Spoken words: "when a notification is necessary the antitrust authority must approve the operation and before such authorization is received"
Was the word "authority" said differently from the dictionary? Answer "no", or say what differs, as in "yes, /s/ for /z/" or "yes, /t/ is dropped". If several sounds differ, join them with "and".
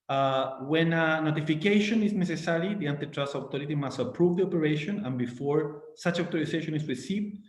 yes, /t/ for /θ/